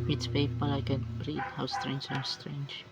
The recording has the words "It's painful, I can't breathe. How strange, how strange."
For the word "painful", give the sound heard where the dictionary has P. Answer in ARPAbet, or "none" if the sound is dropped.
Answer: F